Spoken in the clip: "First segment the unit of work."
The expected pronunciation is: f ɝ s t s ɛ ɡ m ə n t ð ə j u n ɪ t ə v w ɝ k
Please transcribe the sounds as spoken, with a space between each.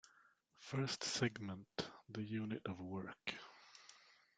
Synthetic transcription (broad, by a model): f ɝ s t s ɛ ɡ m ə n t ð ə j u n ɪ t ə v w ɝ k